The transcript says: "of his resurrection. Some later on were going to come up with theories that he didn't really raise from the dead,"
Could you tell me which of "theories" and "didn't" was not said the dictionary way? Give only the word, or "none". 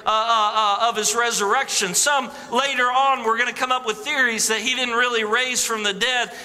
none